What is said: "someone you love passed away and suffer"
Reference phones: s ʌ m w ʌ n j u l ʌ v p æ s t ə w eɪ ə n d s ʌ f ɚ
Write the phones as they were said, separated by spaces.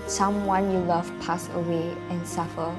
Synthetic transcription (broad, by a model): s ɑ m w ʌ n j u l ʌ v p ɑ s ə w eɪ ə n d s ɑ f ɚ